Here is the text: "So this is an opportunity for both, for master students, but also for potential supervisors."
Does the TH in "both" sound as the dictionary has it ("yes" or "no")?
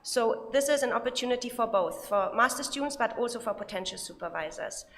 yes